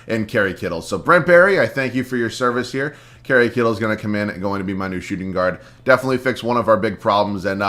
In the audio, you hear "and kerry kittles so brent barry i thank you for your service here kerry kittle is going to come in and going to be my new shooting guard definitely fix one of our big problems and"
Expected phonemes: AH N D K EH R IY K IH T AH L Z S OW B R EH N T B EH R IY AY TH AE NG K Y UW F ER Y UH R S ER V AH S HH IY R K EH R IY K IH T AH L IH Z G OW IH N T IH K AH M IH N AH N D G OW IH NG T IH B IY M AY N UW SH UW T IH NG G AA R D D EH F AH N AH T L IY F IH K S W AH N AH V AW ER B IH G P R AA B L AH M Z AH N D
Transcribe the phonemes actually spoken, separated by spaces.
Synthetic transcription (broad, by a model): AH N K EH R IY K IH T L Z S OW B R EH N B EH R IY AY TH AE NG K Y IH F ER Y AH R S ER V AH S HH IY R K EH R IY K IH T L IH Z G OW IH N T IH K AH M IH N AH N G OW IH NG T IH B IY M AY N UW SH UW T IH NG G AA R D D EH F AH N AH T L IY F IH K S W AH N AH V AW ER B IH G P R AA B L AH M Z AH N